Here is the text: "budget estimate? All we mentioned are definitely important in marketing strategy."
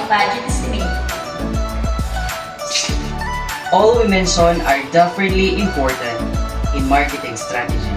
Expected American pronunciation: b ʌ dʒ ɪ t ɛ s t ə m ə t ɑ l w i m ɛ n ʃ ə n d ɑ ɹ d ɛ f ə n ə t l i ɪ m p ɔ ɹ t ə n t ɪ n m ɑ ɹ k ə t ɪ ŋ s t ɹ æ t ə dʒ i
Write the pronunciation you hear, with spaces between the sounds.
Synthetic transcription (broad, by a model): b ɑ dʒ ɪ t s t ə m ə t ɑ l w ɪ m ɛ n s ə n ɑ ɹ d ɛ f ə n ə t l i ɪ m p ɔ ɹ t ə n t ɪ n m ɑ ɹ k ə t ɪ ŋ s t ɹ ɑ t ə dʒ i